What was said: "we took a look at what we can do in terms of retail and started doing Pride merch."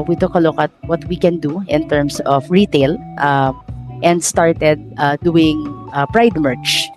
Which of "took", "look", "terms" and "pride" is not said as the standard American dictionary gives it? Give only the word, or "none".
terms